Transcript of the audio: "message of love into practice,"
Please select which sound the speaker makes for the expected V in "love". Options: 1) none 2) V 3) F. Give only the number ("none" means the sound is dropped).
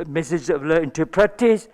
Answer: 1